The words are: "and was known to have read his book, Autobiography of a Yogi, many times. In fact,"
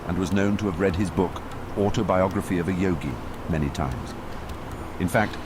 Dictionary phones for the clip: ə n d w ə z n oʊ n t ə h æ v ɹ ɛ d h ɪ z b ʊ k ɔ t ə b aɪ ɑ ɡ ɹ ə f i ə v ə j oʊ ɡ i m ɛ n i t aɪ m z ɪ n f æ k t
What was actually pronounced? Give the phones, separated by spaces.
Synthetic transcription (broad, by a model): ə n w ə z n oʊ n t ə v ɹ ɛ d ɪ z b ʊ k ɔ t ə b aɪ ɑ ɡ ɹ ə f i ə v ə j oʊ ɡ i m ɛ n i t aɪ m z ɪ n f æ k t